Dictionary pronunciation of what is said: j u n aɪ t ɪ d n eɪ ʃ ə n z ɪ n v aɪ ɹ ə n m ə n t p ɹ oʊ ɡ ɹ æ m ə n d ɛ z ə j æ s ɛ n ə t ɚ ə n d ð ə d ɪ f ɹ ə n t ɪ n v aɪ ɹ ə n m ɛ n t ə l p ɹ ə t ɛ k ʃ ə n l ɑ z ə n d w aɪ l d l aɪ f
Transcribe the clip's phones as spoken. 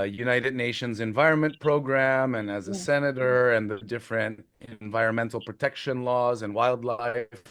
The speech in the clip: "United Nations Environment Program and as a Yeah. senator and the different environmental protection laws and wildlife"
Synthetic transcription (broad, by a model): j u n aɪ t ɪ d n eɪ ʃ ə n z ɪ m v aɪ ɹ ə n m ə n p ɹ oʊ ɡ ɹ æ m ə n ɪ z ə s ɛ n ə t ɚ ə n ð ə d ɪ f ɹ ə n t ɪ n v aɪ ɹ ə n m ɛ n t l p ɹ ə t ɛ k ʃ ə n l ɑ z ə n w aɪ l d l aɪ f